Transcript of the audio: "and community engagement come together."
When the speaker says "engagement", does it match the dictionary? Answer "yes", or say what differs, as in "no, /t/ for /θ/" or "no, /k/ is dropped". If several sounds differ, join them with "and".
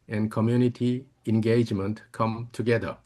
yes